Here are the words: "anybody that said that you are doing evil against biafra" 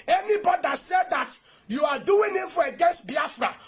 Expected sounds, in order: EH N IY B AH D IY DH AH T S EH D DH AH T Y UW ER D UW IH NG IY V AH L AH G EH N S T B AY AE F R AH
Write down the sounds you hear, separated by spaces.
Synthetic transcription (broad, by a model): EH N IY B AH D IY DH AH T S EH D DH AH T Y UW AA D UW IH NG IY F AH AH G EH N S T B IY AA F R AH